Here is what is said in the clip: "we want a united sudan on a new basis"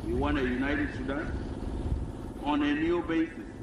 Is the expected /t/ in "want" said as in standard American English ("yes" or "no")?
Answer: no